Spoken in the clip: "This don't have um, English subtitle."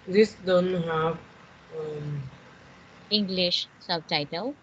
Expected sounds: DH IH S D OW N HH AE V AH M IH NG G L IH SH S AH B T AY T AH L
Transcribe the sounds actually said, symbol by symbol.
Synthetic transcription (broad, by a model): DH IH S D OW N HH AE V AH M IH NG G L IH SH S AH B T AY T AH L